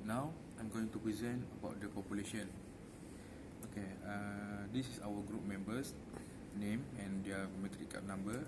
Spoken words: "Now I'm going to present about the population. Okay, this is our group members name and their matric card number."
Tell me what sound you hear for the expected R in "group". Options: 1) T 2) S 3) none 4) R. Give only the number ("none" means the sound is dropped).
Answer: 4